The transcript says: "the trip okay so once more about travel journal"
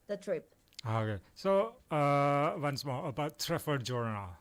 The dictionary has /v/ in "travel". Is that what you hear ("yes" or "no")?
no